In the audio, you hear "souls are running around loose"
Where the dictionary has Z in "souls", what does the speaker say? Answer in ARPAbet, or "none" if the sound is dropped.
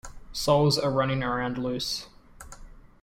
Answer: Z